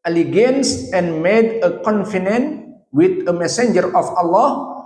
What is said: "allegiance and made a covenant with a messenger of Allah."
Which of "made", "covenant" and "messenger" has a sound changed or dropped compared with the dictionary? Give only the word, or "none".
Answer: covenant